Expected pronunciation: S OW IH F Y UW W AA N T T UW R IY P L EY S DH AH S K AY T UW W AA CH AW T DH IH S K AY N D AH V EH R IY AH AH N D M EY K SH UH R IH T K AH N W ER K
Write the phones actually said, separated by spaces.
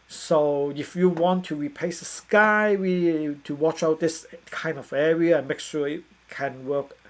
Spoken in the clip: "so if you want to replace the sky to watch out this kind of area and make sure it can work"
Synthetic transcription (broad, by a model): S OW IH F Y UW W AA N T T UW R IY P L EY S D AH S K AY T UW W AA CH AW T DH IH S K AY N D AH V EH R IY AH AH N M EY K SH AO IH T K AH N W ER K